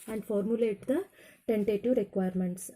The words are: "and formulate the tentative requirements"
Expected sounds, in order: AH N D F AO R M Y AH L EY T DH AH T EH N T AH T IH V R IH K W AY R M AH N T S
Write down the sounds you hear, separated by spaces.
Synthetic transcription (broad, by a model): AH N D F AO R M Y AH L EY T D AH T EH N T AH T IH V R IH K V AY R M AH N T S